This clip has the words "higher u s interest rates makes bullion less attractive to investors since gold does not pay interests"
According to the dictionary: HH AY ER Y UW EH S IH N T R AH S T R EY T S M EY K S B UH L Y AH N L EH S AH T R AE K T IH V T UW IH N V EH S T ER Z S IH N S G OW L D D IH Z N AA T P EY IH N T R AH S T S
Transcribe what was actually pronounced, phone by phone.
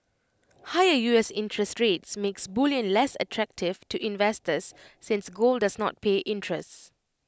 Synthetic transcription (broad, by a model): HH AY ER Y UW EH S IH N T R AH S T R EY T S M EY K S B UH L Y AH N L EH S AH T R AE K T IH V T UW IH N V EH S T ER S IH N S G OW L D D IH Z N AA T P EY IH N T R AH S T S